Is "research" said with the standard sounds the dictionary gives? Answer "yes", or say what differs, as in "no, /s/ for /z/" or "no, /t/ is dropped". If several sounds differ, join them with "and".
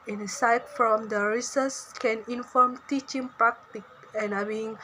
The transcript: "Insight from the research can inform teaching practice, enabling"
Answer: no, /s/ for /tʃ/